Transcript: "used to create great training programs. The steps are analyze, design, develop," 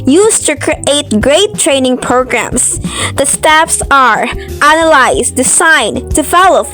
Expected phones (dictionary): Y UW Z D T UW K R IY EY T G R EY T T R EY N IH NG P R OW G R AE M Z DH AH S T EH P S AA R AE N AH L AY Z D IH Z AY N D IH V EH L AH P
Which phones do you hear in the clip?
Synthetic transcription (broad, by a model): Y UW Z T UW K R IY EY T G R EY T T R EY N IH NG P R OW G R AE M S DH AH S T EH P S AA R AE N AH L AY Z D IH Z AY N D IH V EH L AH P